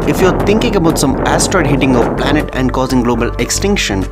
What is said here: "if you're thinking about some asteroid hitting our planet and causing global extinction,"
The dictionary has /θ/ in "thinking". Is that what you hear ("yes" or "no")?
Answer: no